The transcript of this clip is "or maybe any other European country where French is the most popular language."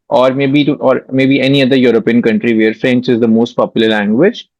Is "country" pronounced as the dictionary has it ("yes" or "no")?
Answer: yes